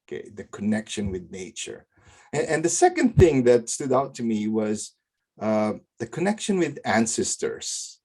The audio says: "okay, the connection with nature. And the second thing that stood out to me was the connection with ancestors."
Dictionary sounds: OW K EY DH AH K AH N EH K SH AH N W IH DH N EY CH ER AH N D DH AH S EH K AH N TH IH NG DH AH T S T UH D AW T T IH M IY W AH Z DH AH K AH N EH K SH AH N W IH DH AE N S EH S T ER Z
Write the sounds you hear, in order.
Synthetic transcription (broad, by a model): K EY DH AH K AH N EH K SH AH N W IH DH N EY CH ER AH N DH AH S EH K AH N TH IH NG DH AH T S T UH D AW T T IH M IY W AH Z DH AH K AH N EH K SH AH N W IH DH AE N S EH S T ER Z